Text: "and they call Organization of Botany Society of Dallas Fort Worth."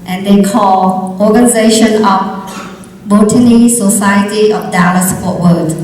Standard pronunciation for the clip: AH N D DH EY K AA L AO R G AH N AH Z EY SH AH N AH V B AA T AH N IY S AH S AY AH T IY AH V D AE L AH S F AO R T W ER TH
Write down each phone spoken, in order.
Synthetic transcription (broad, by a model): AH N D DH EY K AA L AO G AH N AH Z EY SH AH N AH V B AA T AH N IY S AH S AY AH T IY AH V D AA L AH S P AO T W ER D